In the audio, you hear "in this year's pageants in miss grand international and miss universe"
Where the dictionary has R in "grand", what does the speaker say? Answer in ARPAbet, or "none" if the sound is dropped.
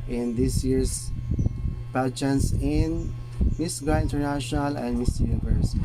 none